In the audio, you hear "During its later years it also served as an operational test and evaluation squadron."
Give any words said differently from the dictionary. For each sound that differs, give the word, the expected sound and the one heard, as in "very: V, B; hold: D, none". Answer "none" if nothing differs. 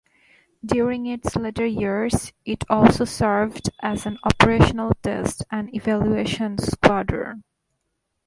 squadron: N, none